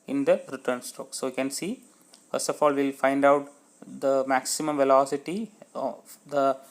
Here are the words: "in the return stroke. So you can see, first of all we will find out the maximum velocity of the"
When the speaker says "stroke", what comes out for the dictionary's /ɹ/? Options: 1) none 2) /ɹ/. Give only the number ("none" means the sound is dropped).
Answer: 1